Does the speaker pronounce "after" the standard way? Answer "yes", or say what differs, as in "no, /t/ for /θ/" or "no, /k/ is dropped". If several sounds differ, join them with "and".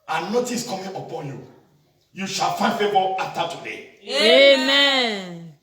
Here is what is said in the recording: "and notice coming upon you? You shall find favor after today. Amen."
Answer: no, /f/ is dropped